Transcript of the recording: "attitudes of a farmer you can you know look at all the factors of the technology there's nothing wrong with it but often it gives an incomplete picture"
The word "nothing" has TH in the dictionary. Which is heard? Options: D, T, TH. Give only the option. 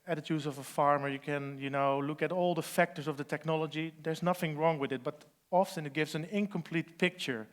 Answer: TH